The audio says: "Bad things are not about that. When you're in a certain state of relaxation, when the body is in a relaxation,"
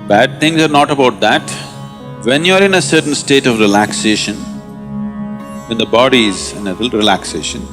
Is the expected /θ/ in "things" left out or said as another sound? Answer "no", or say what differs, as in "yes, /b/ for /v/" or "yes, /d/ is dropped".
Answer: yes, /t/ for /θ/